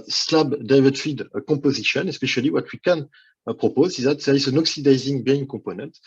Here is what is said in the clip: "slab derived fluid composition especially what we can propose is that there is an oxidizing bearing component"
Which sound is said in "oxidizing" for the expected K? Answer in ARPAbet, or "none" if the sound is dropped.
K